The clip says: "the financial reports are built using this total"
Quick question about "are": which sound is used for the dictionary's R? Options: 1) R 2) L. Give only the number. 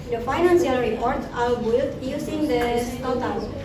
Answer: 2